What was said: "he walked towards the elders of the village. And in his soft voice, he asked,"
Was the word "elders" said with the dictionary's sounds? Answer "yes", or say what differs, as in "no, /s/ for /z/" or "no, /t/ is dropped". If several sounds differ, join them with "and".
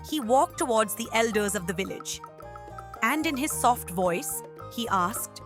yes